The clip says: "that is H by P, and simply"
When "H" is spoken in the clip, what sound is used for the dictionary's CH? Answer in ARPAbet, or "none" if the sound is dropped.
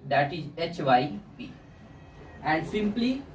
CH